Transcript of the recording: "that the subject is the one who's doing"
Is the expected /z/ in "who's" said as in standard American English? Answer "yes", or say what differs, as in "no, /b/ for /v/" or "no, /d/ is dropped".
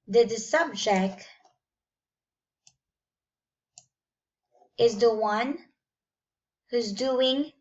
yes